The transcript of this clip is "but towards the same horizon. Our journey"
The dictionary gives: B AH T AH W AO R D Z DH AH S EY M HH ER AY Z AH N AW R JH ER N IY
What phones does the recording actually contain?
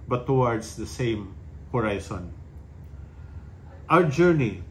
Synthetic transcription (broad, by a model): B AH T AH W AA R D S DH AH S EY M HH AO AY S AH N AW R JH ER N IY